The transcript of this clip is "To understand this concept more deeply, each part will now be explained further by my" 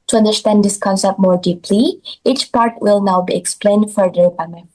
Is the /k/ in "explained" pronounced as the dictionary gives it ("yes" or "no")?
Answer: yes